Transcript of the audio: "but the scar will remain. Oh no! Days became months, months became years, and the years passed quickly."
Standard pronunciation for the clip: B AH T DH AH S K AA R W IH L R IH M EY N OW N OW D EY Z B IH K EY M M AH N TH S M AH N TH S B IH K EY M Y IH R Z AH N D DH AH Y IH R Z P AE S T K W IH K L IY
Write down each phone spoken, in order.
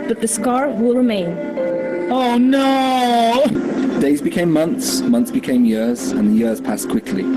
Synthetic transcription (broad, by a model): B AH T DH AH S K AA R W IH L R IH M EY N OW N OW D EY Z B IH K EY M M AH N TH S M AH N TH S B IH K EY M Y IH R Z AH N DH AH Y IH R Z P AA S K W IH K L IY